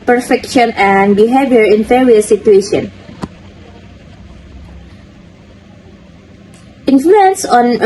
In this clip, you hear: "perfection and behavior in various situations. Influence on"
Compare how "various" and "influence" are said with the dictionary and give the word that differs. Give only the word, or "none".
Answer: various